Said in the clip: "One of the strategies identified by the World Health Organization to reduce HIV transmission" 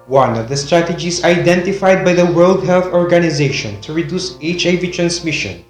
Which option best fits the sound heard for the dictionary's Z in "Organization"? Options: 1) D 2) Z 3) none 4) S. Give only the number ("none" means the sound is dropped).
2